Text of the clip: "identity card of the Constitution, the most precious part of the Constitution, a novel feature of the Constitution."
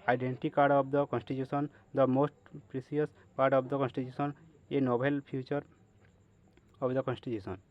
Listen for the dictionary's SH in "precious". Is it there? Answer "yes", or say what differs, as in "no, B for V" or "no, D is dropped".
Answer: no, S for SH